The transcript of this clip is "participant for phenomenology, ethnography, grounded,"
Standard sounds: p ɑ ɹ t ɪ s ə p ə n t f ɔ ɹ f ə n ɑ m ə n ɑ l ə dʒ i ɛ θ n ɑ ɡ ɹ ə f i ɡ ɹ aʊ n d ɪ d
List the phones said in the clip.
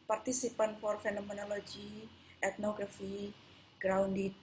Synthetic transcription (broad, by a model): p ɑ ɹ t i s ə p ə n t f ɔ ɹ f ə n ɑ m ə n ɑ l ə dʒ i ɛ t n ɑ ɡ ɹ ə f i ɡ ɹ aʊ n d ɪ